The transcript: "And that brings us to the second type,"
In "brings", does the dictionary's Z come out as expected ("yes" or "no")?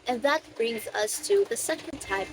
yes